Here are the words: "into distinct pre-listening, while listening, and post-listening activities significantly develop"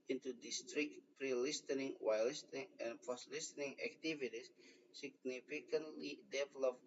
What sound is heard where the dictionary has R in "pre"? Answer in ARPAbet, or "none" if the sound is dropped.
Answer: R